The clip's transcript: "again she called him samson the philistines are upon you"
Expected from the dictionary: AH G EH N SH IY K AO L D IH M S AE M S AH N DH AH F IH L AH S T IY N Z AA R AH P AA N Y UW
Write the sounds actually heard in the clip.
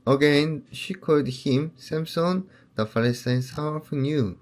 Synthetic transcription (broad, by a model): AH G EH N SH IY K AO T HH IH M S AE M S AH N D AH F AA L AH S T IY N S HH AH F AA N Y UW